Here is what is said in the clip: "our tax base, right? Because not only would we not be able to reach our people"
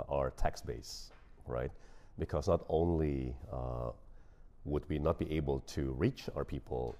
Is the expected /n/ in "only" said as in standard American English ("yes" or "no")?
yes